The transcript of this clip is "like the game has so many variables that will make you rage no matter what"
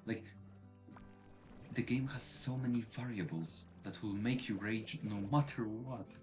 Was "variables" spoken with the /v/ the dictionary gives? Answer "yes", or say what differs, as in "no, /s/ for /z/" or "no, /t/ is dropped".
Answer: yes